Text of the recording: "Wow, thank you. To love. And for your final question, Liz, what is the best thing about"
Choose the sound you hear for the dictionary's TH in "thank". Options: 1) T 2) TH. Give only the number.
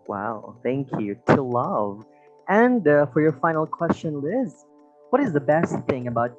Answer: 2